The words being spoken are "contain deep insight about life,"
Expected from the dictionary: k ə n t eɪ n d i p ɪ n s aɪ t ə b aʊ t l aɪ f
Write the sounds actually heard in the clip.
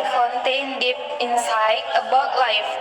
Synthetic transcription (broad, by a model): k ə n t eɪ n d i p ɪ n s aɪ ə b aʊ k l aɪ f